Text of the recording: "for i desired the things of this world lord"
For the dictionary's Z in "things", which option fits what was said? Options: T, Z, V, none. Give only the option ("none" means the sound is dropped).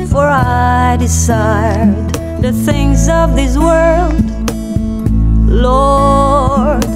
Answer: Z